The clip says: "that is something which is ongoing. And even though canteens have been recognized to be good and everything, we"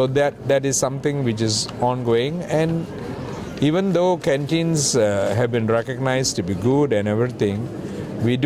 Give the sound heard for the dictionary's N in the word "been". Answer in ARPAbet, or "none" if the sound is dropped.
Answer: N